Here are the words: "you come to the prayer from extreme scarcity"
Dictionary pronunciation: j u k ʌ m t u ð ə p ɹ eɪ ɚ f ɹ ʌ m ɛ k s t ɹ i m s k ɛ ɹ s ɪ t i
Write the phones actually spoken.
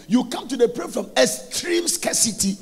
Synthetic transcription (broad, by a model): j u k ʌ m t u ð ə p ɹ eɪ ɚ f ɹ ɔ m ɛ s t ɹ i m s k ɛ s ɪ t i